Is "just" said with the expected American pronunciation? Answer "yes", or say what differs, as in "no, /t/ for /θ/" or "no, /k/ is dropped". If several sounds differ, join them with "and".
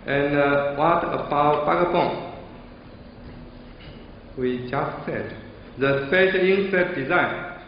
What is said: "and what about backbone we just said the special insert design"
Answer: yes